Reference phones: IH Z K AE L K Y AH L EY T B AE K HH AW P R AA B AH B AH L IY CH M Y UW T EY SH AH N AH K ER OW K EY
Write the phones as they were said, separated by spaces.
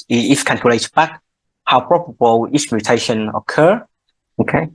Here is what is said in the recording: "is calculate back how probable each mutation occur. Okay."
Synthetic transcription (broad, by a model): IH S K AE N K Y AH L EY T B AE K HH AW P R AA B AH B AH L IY S M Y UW T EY SH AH N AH K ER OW K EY